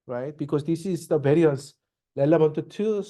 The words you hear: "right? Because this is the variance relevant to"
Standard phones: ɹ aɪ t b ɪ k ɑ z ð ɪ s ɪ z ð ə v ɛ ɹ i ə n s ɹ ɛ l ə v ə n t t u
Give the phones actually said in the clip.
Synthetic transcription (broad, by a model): ɹ aɪ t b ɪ k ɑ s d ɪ s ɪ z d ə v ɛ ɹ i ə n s l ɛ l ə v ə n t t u